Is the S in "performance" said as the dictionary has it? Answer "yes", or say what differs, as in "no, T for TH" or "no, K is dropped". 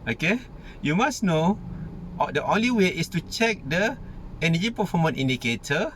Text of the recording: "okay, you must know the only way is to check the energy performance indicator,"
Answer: no, S is dropped